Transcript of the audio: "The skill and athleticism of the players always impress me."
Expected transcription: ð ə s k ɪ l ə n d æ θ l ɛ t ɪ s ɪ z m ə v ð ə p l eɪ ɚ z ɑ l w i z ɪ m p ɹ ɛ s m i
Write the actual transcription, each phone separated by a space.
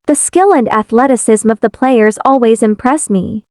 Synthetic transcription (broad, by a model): ð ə s k ɪ l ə n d æ θ l ɛ t ɪ s ɪ z m ə v ð ə p l eɪ ɚ z ɑ l w i z ɪ m p ɹ ɛ s m i